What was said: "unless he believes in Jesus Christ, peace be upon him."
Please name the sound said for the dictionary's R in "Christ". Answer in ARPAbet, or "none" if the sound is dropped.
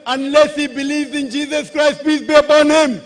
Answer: R